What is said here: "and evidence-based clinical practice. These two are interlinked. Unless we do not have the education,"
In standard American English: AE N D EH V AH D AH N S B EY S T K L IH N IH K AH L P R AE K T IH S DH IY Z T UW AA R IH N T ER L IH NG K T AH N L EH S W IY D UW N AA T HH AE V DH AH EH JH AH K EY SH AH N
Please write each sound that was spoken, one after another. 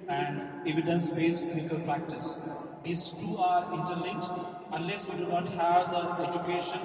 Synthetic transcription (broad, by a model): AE N D EH V AH D AH N S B EY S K IH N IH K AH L P R AE K T IH S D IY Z T UW AA R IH N T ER L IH K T AH N L EH S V IY D UW N AA T HH AE V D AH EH JH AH K EY SH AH N